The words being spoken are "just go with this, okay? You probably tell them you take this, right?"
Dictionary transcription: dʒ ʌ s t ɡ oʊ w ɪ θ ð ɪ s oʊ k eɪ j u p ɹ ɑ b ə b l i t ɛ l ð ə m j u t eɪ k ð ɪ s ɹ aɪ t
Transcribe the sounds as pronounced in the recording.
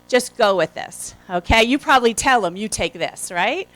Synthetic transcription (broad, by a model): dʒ ʌ s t ɡ oʊ w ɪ ð ɪ s oʊ k eɪ j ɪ p ɹ ɑ b ə b l i t ɛ l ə m j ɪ t eɪ k ð ɪ s ɹ aɪ t